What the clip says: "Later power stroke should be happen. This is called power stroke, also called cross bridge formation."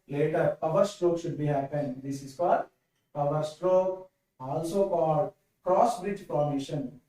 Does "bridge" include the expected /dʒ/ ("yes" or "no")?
yes